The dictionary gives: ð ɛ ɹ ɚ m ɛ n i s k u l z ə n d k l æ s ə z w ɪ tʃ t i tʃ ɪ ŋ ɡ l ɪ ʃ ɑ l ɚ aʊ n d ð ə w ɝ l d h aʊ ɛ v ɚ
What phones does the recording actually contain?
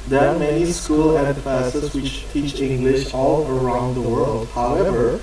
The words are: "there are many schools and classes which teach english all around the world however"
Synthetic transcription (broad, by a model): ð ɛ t m ɛ n i s k u l ə n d k l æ s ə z w ɪ tʃ t i tʃ ɪ ŋ ɡ l ɪ ʃ ɑ l ɚ aʊ n d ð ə w ɝ l d h aʊ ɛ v ɚ